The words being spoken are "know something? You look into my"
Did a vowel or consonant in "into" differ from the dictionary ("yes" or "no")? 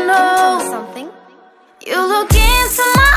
yes